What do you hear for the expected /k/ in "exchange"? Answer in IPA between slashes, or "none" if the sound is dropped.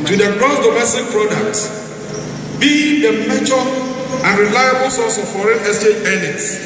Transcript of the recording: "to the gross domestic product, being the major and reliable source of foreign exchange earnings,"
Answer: none